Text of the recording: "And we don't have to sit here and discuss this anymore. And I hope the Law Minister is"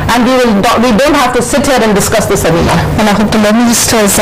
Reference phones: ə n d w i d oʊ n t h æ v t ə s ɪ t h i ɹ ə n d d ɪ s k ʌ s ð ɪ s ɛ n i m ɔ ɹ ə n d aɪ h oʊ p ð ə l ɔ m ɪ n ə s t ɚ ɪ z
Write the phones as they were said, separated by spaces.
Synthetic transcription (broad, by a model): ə n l w i d oʊ n t h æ f t ə s ɪ t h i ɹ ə n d d ɪ s k ʌ s ð ɪ s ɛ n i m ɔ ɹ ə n aɪ h oʊ p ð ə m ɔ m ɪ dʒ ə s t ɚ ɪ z